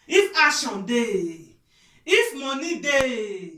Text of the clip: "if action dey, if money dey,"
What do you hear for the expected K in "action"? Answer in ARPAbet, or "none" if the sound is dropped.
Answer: none